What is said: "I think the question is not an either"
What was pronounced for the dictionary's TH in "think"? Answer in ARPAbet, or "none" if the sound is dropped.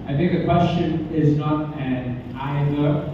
TH